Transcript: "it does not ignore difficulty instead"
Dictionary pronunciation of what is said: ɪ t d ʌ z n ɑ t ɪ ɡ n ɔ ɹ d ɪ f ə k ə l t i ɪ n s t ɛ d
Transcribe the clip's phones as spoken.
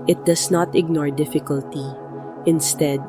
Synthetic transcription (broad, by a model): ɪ t d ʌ s n ɑ t ɪ ɡ n ɔ ɹ d ɪ f ə k ə l t i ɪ n s t ɛ d